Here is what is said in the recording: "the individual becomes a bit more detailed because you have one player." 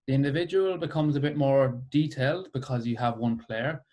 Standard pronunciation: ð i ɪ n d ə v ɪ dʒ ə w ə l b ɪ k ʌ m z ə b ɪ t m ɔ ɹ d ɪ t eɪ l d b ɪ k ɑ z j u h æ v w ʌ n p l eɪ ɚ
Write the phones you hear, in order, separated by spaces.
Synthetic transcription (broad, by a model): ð i ɪ n d ə v ɪ dʒ ə w ə l b ɪ k ʌ m z ə b ɪ t m ɔ ɹ d ɪ t eɪ l d b ɪ k ɑ z j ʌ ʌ v w ʌ n p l eɪ ɚ